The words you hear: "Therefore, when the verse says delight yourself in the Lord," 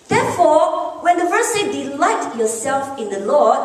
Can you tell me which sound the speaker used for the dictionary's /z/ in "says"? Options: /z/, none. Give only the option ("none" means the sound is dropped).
none